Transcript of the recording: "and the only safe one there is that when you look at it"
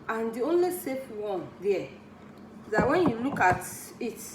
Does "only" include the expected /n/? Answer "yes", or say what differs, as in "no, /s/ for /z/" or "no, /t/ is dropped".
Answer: yes